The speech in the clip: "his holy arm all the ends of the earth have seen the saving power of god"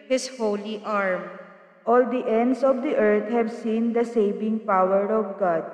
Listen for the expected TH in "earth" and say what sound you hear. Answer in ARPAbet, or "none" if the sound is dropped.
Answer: T